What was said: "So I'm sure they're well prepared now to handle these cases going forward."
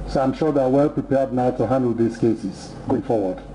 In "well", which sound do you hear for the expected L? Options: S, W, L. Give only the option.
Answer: L